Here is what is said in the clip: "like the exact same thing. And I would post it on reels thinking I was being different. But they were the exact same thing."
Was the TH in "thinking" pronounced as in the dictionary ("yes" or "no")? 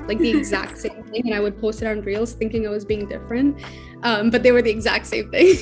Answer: yes